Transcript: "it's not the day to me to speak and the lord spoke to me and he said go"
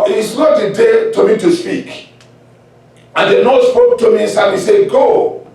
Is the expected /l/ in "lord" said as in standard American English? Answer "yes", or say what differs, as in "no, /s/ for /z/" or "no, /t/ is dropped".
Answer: no, /n/ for /l/